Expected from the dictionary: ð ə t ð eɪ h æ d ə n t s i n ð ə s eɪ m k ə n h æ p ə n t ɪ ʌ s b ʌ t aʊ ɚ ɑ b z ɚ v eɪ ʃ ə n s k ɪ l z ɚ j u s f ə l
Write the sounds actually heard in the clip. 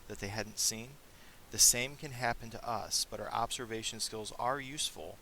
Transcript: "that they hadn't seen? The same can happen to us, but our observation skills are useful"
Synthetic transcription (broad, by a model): ð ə t ð eɪ h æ d n t s i n ð ə s eɪ m k ə n h æ p ə n t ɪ ʌ s b ʌ t aʊ ɚ ɑ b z ɚ v eɪ ʃ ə n s k ɪ l z ɚ j u s f l